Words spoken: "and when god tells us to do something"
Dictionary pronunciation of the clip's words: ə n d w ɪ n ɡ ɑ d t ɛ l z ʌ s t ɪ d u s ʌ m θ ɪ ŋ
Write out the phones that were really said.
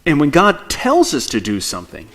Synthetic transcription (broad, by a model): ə n w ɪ n ɡ ɑ d t ɛ l z ʌ s t ɪ d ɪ s ʌ m θ ɪ ŋ